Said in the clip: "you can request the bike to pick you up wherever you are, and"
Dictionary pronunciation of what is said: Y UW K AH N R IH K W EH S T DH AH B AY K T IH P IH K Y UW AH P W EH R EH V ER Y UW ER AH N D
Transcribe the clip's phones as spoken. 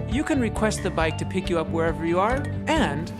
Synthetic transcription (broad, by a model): Y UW K AH N R IH K W EH S T DH AH B AY K T IH P IH K Y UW AH P W EH R EH V ER Y UW ER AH N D